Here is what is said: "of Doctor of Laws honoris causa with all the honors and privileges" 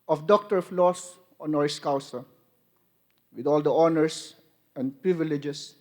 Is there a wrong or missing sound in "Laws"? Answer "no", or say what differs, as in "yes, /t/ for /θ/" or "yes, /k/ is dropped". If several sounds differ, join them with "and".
yes, /s/ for /z/